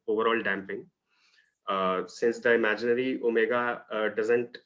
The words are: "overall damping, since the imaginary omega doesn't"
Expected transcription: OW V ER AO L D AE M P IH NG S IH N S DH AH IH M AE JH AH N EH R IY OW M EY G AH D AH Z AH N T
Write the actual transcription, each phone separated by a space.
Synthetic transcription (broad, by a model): OW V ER AO L D AE M P IH NG S IH N S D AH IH M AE JH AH N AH R IY OW M EY G AH D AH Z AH N T